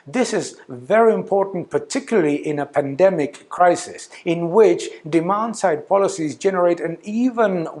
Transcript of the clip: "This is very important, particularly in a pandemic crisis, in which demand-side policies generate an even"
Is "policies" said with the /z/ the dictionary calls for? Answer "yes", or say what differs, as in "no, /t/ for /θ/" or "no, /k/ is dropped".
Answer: yes